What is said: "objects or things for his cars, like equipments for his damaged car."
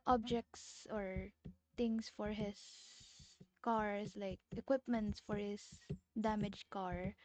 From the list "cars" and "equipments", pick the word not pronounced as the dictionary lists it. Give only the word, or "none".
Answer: cars